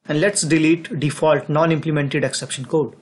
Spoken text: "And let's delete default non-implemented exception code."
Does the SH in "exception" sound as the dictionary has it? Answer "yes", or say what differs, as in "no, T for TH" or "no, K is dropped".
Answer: yes